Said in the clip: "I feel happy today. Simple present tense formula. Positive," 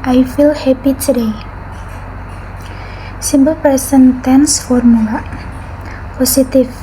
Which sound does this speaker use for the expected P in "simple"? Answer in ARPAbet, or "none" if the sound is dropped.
B